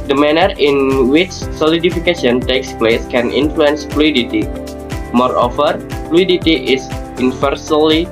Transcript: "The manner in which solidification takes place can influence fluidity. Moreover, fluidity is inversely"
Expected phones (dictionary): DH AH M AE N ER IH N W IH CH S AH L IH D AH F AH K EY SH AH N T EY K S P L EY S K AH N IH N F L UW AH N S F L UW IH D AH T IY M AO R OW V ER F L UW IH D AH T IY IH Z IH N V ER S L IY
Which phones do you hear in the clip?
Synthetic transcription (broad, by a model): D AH M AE N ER IH N W IH CH S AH L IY D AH F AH K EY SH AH N T EY K S P L EY S K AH N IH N F L UW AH N S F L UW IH D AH T IY M AO R OW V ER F L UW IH D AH T IY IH S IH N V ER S L IY